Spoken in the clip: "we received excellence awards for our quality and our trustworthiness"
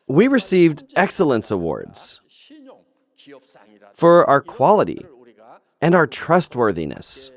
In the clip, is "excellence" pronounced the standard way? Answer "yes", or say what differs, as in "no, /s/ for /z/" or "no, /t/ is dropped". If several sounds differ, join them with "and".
yes